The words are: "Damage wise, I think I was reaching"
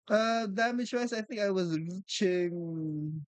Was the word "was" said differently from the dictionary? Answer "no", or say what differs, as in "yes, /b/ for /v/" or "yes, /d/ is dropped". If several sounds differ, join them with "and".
no